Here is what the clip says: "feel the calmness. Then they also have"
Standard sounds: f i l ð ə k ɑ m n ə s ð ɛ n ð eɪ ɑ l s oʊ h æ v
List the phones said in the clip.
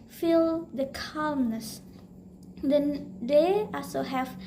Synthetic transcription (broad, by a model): f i l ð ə k ɑ m n ə s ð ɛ n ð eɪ ɑ l s oʊ h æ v